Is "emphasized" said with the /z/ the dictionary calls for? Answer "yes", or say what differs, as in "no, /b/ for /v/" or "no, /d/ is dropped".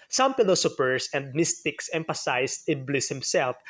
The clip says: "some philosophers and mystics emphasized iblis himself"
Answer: no, /s/ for /z/